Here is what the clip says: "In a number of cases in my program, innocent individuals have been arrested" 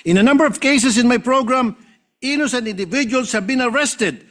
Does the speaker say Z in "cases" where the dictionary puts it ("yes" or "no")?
no